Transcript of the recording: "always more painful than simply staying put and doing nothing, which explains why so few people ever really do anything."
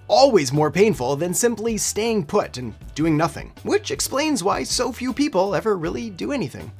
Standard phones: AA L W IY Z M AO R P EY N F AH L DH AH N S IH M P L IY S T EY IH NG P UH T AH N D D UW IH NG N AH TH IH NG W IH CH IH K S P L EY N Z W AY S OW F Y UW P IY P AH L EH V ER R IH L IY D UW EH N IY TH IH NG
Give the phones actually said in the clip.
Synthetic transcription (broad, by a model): AA L W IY Z M AO R P EY N F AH L DH AH N S IH M P L IY S T EY IH NG P UH T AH N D D UW IH NG N AH TH IH NG W IH CH IH K S P L EY N Z W AY S OW F Y UW P IY P L EH V ER R IH L IY D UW EH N IY TH IH NG